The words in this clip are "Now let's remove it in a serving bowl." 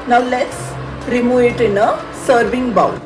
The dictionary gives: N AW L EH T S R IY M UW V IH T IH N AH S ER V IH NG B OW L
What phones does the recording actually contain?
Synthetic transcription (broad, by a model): N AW L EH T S R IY M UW IH T IH N AH S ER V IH NG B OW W